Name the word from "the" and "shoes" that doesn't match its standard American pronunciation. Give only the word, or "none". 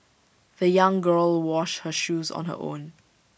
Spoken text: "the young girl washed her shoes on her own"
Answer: none